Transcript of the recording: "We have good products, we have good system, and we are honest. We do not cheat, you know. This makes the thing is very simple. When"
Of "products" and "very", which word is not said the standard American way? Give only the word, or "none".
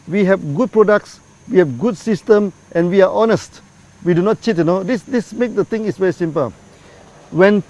none